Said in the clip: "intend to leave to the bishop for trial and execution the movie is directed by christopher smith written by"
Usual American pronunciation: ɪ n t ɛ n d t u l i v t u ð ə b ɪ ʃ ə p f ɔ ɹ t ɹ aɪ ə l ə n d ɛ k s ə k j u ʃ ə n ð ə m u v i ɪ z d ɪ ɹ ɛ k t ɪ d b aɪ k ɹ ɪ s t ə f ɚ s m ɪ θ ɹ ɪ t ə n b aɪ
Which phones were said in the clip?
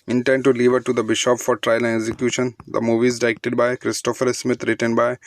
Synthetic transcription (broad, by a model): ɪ n t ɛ n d t u l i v t u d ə b ɪ ʃ ə p f ɔ ɹ t ɹ aɪ ə l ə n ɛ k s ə k j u ʃ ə n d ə m u v i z d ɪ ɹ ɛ k t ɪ d b aɪ k ɹ ɪ s t ə f ɚ s m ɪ t ɹ ɪ t ə n b aɪ